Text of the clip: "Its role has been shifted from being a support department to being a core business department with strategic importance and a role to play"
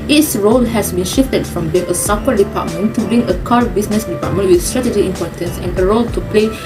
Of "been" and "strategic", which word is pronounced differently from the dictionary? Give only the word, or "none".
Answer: strategic